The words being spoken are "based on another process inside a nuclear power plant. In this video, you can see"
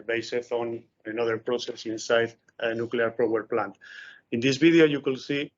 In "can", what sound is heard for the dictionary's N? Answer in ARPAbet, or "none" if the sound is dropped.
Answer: L